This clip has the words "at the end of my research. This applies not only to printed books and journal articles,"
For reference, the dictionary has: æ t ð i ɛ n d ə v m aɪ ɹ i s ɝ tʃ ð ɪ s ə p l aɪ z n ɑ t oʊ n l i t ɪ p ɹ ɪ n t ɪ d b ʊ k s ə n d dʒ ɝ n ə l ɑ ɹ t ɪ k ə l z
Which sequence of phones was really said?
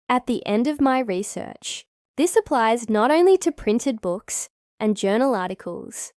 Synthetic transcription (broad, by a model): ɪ t ð i ɛ n d ə v m aɪ ɹ i s ɝ tʃ ð ɪ s ə p l aɪ z n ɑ t oʊ n l i t ɪ p ɹ ɪ n t ɪ d b ʊ k s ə n dʒ ɝ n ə l ɑ ɹ t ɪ k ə l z